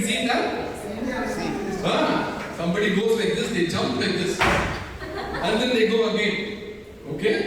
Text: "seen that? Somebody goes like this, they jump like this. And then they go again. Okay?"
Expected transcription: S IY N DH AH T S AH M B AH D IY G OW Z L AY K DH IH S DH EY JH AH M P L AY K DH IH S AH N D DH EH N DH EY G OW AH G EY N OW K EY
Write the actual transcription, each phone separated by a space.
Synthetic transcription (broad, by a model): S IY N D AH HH S AH M B AH D IY G OW Z L AY K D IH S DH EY JH AH M P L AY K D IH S AH N D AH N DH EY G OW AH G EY OW K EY